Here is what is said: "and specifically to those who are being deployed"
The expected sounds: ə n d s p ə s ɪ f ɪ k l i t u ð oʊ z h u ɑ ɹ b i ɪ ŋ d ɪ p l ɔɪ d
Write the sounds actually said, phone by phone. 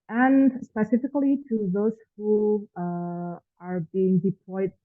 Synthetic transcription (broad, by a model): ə n s p ə s ɪ f ɪ k l i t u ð oʊ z h u ɑ ɹ b i ɪ ŋ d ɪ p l ɔɪ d